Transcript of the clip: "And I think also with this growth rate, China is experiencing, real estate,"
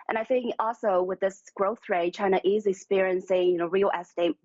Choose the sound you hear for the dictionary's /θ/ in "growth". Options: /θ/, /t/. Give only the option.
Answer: /θ/